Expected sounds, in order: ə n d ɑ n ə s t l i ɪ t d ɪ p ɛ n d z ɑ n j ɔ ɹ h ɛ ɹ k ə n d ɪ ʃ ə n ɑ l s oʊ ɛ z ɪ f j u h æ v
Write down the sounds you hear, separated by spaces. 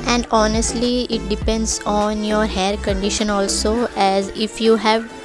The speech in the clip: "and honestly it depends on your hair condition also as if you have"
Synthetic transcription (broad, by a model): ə n d ɑ n ə s t l i ɪ t d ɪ p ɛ n d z ɑ n j ɔ ɹ h ɛ ɹ k ə n d ɪ ʃ ə n ɑ l s oʊ ɛ z ɪ f j u h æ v